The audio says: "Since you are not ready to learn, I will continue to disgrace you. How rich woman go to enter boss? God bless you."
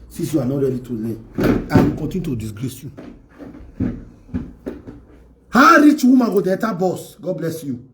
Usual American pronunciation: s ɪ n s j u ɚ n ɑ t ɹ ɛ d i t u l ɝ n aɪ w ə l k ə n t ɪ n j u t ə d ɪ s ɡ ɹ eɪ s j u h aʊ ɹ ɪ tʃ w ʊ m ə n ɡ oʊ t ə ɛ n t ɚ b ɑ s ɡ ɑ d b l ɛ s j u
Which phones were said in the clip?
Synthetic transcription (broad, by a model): s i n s j u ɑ n ɑ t ɹ ɛ d i t u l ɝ aɪ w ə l k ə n t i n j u t ə d ɪ s ɡ ɹ eɪ s j u h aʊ ɹ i tʃ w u m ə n ɡ oʊ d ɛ t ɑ b ɑ s ɡ ɑ d b l ɛ s j u